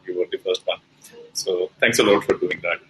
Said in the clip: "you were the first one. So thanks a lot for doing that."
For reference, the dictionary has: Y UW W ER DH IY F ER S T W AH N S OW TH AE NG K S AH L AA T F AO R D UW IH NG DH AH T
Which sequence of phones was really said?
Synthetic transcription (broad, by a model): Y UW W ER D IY F ER S T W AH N S OW T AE NG K S AH L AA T F AO R D UW IH NG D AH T